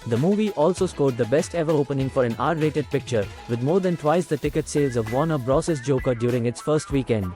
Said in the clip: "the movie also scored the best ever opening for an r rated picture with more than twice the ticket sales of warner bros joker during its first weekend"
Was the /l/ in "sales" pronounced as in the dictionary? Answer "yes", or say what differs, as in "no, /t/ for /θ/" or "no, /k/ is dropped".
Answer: yes